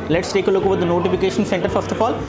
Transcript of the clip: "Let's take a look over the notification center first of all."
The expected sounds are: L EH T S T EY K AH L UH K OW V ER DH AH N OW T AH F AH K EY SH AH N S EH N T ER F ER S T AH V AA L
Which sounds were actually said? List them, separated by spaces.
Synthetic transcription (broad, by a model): L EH T S T EY K AH L UH K OW V ER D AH N OW T AH F AH K EY SH AH N S EH N T ER F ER S T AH F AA L